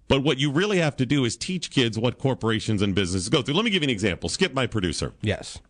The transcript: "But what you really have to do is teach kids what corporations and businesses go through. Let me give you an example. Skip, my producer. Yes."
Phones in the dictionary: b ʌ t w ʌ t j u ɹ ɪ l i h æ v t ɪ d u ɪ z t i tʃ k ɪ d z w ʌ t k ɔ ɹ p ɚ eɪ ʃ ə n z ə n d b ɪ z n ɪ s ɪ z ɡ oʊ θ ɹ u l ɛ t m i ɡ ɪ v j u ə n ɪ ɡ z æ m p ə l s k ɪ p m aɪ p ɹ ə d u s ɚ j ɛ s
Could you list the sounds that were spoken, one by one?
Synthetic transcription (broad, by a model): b ʌ t w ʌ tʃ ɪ ɹ ɪ l i h æ f t ɪ d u ɪ z t i tʃ k ɪ d z w ʌ t k ɔ ɹ p ɚ eɪ ʃ ə n z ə n b ɪ z n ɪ s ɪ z ɡ oʊ θ ɹ u l ɛ t m i ɡ ɪ v ə n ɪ ɡ z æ m p l s k ɪ p m aɪ p ɹ ə d u s ɚ j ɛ s